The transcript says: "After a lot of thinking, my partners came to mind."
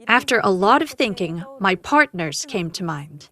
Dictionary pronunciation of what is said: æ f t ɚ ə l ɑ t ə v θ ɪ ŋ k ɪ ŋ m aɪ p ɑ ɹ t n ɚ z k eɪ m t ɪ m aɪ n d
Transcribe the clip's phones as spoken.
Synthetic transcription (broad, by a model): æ f t ɚ ə l ɑ t ə v θ ɪ ŋ k ɪ ŋ m aɪ p ɑ ɹ t n ɚ z k eɪ m t ɪ m aɪ n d